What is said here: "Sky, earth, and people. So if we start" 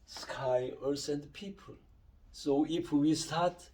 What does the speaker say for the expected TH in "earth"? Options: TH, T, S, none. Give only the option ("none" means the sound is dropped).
S